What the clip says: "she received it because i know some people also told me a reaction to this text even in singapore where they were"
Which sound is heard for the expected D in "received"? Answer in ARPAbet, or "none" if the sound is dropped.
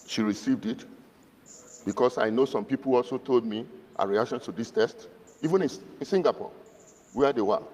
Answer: D